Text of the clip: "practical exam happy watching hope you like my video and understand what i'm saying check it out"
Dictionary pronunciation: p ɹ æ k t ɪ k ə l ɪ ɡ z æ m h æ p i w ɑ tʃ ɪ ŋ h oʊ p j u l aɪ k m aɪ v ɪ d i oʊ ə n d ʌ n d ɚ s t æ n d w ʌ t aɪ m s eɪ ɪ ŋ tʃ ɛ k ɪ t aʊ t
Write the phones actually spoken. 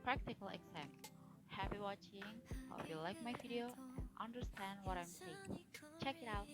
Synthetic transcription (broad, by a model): p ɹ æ k t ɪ k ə l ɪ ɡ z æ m h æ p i w ɑ tʃ ɪ ŋ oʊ f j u l aɪ k m aɪ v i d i oʊ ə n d ʌ n d ɚ s t æ n d w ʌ t aɪ m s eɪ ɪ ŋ tʃ ɛ k ɪ t aʊ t